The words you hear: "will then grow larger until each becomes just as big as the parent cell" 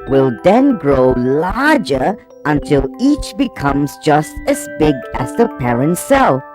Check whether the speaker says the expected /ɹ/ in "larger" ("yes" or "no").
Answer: yes